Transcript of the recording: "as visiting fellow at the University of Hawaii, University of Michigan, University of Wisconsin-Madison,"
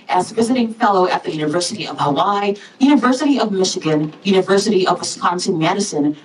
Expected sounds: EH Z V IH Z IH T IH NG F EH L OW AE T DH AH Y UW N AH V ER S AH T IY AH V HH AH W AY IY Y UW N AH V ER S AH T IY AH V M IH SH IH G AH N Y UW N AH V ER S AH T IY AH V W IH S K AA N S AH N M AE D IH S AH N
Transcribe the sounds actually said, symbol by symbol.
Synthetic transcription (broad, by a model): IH Z V IH Z IH T IH NG F EH L OW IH T DH AH Y UW N AH V ER S AH T IY AH V HH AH W AY Y UW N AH V ER S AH T IY AH V M IH SH IH G AH N Y UW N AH V ER S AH T IY AH V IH S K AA N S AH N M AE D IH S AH N